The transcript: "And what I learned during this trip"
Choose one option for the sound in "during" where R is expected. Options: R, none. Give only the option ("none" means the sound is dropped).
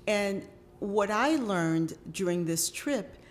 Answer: R